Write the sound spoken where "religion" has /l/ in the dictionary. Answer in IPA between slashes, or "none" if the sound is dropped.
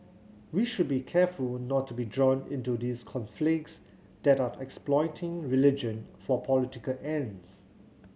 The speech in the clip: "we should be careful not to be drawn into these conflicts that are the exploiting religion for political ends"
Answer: /l/